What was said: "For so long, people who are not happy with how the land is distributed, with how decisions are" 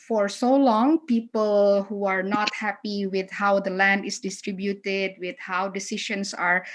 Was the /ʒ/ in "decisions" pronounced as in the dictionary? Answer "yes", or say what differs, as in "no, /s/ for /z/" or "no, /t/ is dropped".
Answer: no, /ʃ/ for /ʒ/